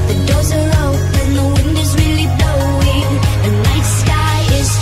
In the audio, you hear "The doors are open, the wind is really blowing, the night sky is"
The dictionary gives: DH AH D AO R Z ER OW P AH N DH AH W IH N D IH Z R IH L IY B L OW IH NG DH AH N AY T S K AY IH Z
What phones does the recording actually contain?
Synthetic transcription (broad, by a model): DH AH D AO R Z ER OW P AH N DH AH W IH N D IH Z R IH L IY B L OW IH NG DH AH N AY T S K AY IH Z